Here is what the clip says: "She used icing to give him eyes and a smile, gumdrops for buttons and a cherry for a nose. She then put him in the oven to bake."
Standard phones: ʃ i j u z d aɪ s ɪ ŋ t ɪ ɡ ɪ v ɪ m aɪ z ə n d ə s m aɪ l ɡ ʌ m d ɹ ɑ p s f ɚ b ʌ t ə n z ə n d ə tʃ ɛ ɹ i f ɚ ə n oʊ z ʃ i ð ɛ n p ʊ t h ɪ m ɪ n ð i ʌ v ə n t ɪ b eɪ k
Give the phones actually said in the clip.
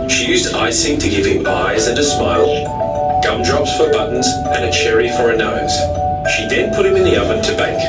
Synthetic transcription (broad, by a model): ʃ i j u z d aɪ s ɪ ŋ t ɪ ɡ ɪ v ɪ m aɪ z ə n ə s m aɪ l ɡ ʌ m d ɹ ɑ p s f ɚ b ʌ t n z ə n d ə tʃ ɛ ɹ i f ɚ ə n oʊ z ʃ i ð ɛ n p ʊ t h ɪ m ɪ n ð i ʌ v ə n t ɪ b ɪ k